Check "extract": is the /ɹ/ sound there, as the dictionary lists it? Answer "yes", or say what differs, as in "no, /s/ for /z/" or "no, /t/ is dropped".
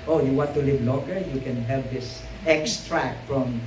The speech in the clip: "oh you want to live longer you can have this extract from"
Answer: yes